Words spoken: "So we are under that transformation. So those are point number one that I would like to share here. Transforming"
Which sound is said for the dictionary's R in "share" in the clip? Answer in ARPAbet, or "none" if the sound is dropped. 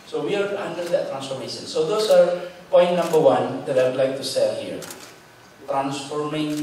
L